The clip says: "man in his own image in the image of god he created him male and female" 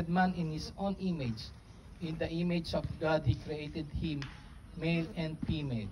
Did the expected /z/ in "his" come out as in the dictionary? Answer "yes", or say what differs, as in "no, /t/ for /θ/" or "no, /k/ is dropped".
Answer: no, /s/ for /z/